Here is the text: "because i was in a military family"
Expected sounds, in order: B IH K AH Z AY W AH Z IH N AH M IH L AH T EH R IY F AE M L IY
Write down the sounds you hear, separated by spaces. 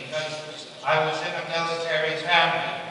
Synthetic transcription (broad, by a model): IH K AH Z AY W AH Z IH N AH M IH L AH T EH R IY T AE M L